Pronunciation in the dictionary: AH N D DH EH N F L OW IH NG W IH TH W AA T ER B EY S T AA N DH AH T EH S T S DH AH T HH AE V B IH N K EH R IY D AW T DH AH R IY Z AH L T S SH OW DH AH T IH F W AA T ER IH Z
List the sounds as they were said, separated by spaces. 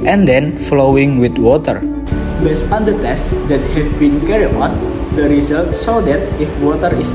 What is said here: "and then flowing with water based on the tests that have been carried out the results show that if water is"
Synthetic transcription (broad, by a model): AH N D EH N F L OW IH NG W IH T W AA T ER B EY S AA N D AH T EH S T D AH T HH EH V B IH N K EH R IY AO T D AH R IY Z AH L T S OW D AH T IH F W AA T ER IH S